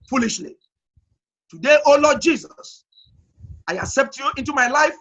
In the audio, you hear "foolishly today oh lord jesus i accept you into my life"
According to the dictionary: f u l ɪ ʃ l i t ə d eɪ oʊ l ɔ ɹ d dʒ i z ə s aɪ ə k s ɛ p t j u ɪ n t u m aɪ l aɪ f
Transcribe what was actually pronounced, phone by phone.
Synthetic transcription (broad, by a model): f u l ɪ ʃ l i t ə d eɪ oʊ l ɔ d dʒ i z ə s aɪ ə k s ɛ p t j u ɪ n t u m aɪ l aɪ f